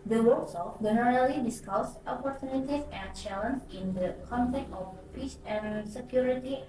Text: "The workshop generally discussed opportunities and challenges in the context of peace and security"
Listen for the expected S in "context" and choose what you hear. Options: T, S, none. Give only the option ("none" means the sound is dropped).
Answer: none